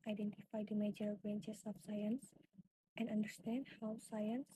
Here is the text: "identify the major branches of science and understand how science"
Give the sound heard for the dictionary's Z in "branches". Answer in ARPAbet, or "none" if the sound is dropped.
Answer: S